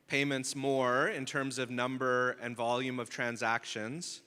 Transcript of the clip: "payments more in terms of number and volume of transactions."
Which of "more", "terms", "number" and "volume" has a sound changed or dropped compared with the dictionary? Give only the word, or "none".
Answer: none